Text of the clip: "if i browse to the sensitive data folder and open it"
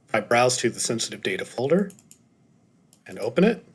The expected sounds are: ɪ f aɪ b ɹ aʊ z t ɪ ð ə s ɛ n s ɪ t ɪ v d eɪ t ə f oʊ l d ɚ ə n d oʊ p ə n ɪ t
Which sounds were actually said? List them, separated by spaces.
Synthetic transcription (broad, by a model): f aɪ b ɹ aʊ z t ɪ ð ə s ɛ n s ɪ t ɪ v d eɪ t ə f oʊ l d ɚ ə n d oʊ p ə n ɪ t